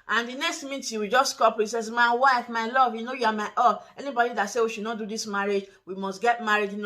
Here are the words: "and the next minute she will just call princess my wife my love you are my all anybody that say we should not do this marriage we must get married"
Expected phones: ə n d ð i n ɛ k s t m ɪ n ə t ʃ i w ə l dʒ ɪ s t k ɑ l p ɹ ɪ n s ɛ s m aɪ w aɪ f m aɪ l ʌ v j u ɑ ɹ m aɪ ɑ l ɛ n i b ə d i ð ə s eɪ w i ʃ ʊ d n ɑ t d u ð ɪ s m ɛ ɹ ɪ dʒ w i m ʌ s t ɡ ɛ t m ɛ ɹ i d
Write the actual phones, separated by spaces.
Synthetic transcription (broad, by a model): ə n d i n ɛ k s t m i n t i w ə dʒ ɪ s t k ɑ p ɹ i s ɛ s m aɪ w aɪ f m aɪ l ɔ v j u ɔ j m aɪ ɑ ɛ n i b ə d i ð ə s eɪ w i ʃ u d n ɑ t d u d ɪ s m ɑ ɹ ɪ dʒ w i m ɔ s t ɡ ɛ t m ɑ ɹ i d